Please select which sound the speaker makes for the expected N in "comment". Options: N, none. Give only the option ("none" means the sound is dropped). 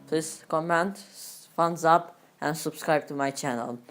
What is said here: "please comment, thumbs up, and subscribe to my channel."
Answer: N